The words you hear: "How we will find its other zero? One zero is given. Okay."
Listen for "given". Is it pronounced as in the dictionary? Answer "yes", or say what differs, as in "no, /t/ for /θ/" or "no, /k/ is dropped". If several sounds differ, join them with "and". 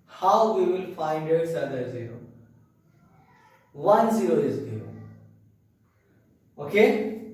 no, /n/ is dropped